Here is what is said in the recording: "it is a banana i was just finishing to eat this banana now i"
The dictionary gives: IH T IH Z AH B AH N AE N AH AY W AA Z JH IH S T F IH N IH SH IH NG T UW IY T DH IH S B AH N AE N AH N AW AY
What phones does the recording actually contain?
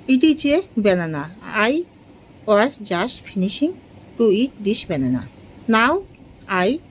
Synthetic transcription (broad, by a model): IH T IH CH AH B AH N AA N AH AY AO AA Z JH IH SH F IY N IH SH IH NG T UW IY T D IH SH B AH N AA N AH N AW AY